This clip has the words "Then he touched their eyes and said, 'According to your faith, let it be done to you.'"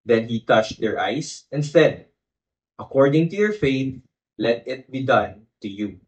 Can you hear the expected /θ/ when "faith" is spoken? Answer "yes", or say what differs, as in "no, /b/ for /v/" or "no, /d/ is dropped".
no, /t/ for /θ/